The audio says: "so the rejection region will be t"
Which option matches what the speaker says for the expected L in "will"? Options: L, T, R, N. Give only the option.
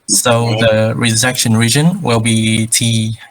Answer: L